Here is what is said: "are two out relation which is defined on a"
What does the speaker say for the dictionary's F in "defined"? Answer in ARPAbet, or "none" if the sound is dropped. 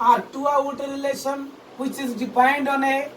P